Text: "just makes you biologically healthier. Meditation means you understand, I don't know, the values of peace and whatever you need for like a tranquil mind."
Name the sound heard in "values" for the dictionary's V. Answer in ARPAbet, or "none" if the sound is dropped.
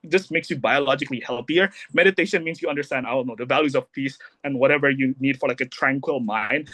V